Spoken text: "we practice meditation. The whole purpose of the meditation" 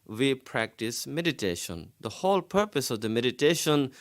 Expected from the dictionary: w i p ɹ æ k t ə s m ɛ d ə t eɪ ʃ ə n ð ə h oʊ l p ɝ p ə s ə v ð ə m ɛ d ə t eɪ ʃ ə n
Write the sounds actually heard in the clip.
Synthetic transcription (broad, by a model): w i p ɹ æ k t ə s m ɛ d ə t eɪ ʃ ə n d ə h oʊ l p ɝ p ə s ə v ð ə m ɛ d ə t eɪ ʃ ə n